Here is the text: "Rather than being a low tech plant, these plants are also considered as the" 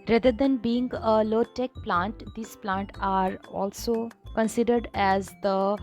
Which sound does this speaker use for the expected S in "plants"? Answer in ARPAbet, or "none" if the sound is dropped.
none